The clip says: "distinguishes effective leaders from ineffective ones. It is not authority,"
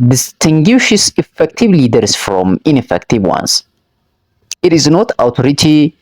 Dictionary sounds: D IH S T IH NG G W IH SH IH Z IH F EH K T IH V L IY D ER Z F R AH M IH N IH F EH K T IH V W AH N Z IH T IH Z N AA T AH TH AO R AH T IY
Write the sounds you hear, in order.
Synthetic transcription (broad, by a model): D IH S T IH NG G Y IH SH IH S IH F EH K T IH V L IY D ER S F R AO M IH N IH F EH K T IH V W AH N S IH T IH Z N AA T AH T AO R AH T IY